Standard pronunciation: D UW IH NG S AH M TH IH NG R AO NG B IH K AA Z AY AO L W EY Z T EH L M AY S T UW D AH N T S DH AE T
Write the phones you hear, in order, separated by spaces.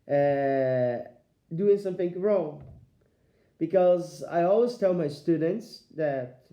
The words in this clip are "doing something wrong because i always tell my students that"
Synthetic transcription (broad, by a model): D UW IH NG S AH M TH IH NG R AO NG B IH K AA Z AY AO L W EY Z T EH L M AY S T UW D AH N T S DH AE T